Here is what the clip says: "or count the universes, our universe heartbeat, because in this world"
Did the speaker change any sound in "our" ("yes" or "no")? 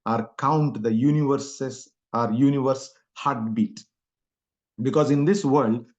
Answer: no